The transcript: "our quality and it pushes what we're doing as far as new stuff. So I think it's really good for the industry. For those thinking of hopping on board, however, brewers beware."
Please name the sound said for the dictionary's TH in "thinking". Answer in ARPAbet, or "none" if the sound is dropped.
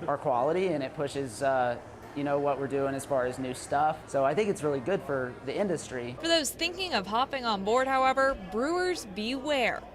TH